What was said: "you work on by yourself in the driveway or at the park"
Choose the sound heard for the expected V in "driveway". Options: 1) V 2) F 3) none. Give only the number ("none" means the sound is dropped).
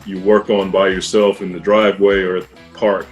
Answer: 1